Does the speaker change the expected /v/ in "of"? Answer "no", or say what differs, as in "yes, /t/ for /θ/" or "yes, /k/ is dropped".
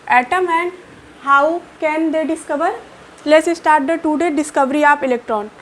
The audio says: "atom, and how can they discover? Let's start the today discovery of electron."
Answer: yes, /p/ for /v/